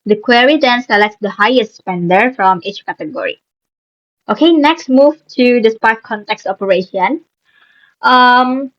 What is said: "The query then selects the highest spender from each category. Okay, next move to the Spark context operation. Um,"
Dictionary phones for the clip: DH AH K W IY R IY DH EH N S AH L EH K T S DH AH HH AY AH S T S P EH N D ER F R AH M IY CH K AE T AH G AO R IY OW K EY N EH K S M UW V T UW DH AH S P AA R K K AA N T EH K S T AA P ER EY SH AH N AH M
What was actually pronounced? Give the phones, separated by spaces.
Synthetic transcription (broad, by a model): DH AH K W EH R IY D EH N S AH L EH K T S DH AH HH AY AH S T S P EH N D ER F R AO M IY CH K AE T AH G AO R IY OW K EY N EH K S M UW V T UW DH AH S P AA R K K AA N T EH K S T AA P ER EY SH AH N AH M